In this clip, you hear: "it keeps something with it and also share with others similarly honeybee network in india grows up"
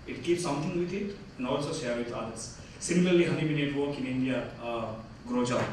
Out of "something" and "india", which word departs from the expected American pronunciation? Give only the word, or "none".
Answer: something